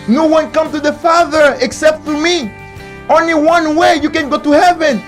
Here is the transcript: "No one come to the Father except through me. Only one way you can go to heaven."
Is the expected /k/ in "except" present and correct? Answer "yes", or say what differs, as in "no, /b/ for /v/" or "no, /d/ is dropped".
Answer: yes